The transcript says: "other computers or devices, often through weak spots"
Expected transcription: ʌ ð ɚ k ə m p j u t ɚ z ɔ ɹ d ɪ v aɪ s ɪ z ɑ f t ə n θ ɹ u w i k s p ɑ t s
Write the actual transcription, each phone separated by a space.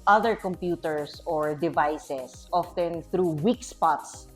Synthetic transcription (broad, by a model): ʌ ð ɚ k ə m p j u t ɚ s ɔ ɹ d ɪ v aɪ s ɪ s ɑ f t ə n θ ɹ u w i k s p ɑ t s